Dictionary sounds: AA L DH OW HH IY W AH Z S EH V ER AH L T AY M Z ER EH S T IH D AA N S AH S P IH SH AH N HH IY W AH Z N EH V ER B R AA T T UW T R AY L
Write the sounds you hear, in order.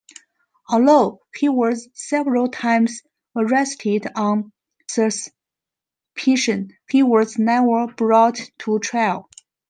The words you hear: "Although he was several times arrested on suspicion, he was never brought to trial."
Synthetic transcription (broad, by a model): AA L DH OW HH IY W AH Z S EH V ER AH L T AY M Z ER EH S T IH D AA N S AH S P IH SH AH N HH IY W AH Z N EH ER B R AA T T UW T R AY L